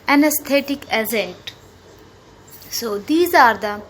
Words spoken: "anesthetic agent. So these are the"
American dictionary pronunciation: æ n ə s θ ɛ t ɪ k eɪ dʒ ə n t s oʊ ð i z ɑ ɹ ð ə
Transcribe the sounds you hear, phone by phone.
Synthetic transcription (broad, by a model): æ n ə s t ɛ t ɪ k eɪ z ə n t s oʊ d i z ɑ ɹ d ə